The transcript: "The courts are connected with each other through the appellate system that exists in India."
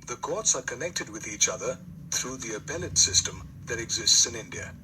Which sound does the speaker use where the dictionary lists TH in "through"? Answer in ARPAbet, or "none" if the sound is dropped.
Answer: TH